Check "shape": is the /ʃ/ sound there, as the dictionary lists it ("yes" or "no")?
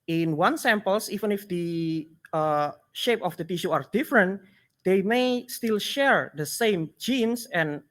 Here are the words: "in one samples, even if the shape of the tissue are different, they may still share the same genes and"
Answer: yes